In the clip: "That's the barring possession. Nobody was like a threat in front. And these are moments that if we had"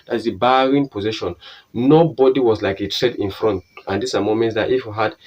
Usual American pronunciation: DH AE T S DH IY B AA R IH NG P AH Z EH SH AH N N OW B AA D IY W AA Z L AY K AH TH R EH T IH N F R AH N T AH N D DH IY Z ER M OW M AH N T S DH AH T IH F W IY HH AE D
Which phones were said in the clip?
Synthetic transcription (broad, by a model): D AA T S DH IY B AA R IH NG P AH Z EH SH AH N N OW B AA D IY W AA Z L AY K AH T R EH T IH N F R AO N T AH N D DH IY S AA M OW M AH N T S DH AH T IH F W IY HH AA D